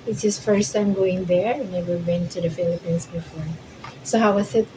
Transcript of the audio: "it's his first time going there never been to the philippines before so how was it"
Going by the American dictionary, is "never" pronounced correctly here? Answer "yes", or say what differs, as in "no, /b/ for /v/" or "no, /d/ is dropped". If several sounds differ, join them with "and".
no, /w/ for /v/